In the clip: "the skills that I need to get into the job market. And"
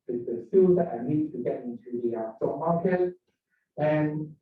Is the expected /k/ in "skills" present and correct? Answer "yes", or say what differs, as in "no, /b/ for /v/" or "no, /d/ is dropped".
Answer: no, /k/ is dropped